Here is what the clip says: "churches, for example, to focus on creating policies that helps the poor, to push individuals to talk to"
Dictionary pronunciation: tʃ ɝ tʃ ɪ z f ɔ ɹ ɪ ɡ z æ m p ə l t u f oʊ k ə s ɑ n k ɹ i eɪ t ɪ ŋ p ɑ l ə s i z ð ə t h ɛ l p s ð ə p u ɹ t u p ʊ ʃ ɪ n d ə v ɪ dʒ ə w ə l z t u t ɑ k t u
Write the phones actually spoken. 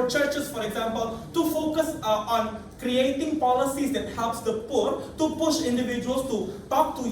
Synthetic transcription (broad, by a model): tʃ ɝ tʃ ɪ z f ɔ ɹ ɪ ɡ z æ m p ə l t u f oʊ k ə s ɑ n k ɹ i eɪ t ɪ ŋ p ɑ l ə s i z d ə t h ɛ l p s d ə p u ɹ t u p ʊ ʃ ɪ n d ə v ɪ dʒ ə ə l s t u t ɑ k t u